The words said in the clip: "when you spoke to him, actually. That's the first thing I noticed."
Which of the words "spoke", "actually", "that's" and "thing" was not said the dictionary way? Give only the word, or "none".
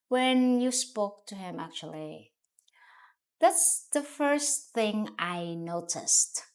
none